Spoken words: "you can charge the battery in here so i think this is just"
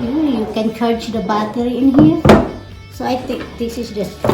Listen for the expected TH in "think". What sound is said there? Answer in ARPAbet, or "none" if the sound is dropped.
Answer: T